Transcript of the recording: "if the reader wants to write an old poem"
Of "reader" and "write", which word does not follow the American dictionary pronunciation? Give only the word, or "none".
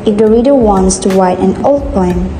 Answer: write